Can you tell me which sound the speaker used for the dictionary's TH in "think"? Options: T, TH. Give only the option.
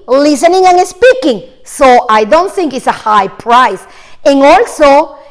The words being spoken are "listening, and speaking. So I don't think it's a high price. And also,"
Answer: TH